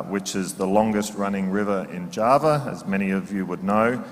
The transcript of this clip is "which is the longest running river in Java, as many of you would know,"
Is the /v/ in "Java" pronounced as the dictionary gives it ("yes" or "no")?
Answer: yes